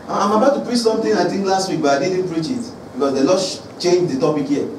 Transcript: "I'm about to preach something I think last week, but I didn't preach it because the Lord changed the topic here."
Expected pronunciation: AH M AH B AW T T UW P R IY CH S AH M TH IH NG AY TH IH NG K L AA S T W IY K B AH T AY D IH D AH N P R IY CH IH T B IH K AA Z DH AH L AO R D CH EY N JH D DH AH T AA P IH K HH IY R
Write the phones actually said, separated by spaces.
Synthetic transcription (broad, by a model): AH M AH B AW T T UW P R IY CH S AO M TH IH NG AY T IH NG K L AA S T W IY K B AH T AY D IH D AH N P R IY CH IH T B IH K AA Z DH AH L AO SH CH EY N JH D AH T AA P IH K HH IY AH